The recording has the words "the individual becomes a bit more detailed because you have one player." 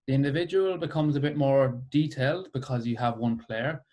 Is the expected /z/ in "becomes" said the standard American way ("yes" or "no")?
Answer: yes